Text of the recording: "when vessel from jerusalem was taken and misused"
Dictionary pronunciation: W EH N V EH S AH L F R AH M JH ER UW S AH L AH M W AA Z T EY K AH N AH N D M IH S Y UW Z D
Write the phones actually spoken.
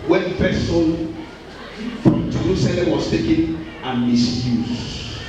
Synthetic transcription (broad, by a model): W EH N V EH S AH N F R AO M JH ER UW S AH L AH M W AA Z T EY K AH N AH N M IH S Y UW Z